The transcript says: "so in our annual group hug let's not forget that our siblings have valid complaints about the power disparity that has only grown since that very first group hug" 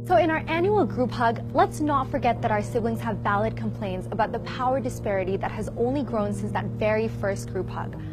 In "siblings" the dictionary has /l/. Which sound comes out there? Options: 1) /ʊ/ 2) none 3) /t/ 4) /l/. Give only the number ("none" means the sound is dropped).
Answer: 4